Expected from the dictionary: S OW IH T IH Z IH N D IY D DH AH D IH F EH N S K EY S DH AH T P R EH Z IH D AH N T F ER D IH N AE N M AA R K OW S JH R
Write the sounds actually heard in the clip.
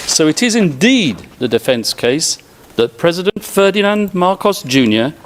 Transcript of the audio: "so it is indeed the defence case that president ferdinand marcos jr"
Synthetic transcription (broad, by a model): S OW IH T IH Z IH N D IY D DH AH D IH F EH N S K EY S DH AH T P R EH Z IH D AH N T F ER D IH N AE N M AA R K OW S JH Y